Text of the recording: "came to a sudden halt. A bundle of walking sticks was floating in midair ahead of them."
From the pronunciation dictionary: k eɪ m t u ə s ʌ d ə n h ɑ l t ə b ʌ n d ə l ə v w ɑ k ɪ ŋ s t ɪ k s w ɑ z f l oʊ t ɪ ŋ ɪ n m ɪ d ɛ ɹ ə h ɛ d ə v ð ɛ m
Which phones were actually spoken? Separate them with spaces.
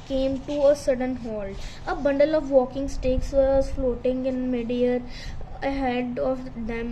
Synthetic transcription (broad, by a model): k eɪ m t u ə s ʌ d ə n h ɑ l ə b ʌ n d ə l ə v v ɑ k ɪ ŋ s t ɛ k s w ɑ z f l oʊ t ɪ ŋ ɪ n m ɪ d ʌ ɹ ə h ɛ d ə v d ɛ m